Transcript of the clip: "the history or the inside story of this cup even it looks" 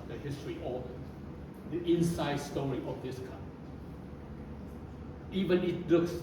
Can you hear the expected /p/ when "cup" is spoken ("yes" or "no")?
no